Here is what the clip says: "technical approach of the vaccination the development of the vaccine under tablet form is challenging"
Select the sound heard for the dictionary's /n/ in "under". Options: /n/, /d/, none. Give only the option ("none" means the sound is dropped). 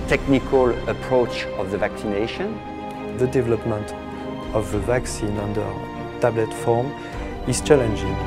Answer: /n/